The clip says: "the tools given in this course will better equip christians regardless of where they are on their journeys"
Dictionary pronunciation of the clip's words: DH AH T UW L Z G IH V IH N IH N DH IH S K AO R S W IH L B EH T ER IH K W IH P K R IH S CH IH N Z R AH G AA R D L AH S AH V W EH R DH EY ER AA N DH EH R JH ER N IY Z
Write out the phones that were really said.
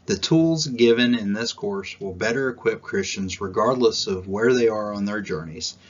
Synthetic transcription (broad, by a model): DH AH T UW L Z G IH V IH N IH N DH IH S K AO R S W IH L B EH T ER IH K W IH P K R IH S CH IH N Z R AH G AA R D L AH S AH V W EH R DH EY ER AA N DH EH R JH ER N IY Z